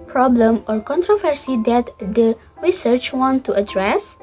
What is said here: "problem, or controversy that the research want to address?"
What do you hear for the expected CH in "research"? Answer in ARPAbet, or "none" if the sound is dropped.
CH